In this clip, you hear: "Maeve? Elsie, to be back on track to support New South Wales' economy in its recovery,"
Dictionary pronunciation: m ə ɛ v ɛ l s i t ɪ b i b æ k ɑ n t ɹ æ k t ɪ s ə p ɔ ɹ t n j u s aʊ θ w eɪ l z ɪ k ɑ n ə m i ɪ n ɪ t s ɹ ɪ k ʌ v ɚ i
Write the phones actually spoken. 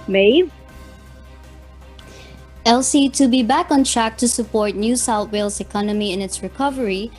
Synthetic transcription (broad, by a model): m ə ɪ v ɛ l s i t ɪ b i b æ k ɑ n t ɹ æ k t ɪ s ə p ɔ ɹ t n j u s aʊ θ w eɪ l s ɪ k ɑ n ə m i ɪ n ɪ t s ɹ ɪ k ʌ v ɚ i